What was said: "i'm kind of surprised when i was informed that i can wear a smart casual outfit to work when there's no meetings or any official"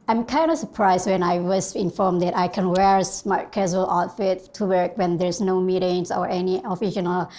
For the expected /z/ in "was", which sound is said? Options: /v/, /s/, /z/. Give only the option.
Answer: /s/